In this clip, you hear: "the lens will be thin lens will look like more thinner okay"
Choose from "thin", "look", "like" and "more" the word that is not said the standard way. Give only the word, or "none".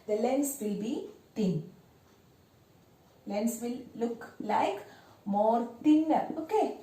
thin